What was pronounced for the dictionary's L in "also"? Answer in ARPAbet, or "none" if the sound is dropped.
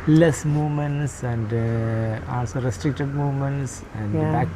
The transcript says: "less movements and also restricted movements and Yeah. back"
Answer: N